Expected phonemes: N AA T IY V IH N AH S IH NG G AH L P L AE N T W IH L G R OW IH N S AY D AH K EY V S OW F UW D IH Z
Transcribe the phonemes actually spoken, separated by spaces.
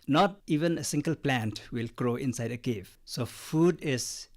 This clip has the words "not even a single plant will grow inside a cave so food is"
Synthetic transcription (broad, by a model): N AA T IY V IH N AH S IH NG G AH L P L AE N T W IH L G R OW IH N S AY D AH K EY V S OW F UW D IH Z